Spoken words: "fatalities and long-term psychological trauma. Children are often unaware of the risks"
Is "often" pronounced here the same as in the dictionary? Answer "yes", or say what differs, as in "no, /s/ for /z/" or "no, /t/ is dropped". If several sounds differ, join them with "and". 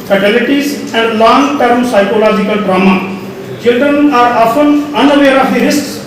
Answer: no, /l/ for /n/